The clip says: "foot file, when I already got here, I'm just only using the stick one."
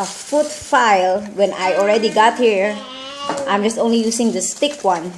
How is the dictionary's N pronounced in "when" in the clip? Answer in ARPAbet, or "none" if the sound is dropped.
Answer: N